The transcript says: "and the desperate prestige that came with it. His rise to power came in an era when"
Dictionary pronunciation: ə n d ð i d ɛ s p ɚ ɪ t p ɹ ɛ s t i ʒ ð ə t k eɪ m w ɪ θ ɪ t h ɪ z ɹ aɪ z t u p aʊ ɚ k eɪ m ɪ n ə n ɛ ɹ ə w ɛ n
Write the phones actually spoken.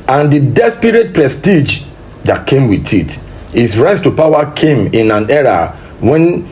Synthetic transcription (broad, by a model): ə n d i d ɛ s p ɚ ɪ t p ɹ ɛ s t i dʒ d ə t k eɪ m w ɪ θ ɪ t h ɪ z ɹ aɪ s t u p aʊ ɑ k eɪ m ɪ n ə n ɛ ɹ ə w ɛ n